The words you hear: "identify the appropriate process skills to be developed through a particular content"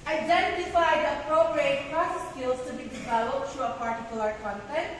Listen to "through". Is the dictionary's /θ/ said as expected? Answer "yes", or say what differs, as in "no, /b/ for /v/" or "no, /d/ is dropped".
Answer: no, /t/ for /θ/